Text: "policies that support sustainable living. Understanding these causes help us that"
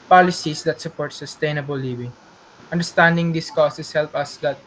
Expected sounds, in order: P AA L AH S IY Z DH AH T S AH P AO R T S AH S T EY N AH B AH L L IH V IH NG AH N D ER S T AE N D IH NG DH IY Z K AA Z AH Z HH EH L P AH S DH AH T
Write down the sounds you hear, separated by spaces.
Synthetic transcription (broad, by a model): P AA L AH S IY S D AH T S AH P AO R T S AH S T EY N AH B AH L L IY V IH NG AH N D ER S T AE N D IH NG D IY S K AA S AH S HH EH L P AH S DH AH T